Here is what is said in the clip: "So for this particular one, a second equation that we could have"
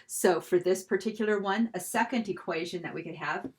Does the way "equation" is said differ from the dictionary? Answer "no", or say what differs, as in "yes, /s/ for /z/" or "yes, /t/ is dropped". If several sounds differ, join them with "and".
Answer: no